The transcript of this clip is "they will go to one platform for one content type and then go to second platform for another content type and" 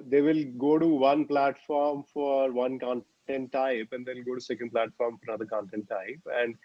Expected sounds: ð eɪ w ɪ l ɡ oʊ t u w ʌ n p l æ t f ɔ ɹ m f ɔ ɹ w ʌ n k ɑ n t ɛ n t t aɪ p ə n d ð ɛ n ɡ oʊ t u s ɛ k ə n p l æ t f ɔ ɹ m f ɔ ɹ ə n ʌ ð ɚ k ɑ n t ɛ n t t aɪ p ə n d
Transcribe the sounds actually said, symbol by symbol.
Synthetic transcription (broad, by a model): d eɪ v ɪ l ɡ oʊ t u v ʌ n p l æ t f ɔ ɹ m f ɔ ɹ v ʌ n k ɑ n t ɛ n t t aɪ p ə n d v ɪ l ɡ oʊ t u s ɛ k ə n p l æ t f ɔ ɹ m f ɔ ɹ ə n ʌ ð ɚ k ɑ n t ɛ n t t aɪ p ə n d